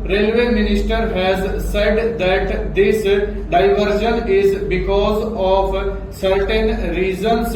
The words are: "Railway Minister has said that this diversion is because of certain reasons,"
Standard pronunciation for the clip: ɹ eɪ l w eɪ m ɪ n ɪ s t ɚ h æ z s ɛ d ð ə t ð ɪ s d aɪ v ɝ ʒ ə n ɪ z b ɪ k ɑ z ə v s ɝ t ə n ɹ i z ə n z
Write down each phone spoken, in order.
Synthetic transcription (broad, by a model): ɹ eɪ l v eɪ m ɪ n ɪ s t ɚ h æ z s ɛ d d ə t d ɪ s d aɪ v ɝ ʃ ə n ɪ z b ɪ k ɑ z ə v s ɝ t ə n ɹ i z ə n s